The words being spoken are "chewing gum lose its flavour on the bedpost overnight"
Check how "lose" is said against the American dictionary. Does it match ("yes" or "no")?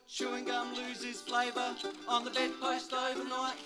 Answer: yes